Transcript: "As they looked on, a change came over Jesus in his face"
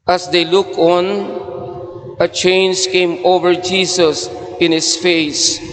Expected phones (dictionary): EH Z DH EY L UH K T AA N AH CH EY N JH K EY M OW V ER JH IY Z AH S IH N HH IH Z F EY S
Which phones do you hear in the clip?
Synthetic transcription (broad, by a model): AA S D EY L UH K AA N AH CH EY N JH K EY M OW V ER JH IY S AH S IH N HH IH S F EY S